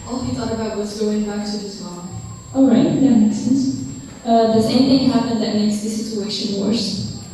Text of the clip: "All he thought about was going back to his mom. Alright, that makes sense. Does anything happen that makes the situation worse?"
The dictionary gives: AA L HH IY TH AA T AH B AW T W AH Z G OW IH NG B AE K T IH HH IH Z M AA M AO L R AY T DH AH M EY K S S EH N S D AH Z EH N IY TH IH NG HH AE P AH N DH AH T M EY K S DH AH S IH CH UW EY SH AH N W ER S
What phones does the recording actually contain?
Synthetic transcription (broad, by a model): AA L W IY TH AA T AH B AW T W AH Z G OW IH NG B AE K T IH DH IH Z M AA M AO L R AY T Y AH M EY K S S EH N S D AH S EH IY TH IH NG HH AE P AH N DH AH T M EY K S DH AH S IH CH UW EY SH AH N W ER S